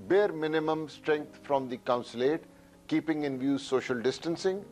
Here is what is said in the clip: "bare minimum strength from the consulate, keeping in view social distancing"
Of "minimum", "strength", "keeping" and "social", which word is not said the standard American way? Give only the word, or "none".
strength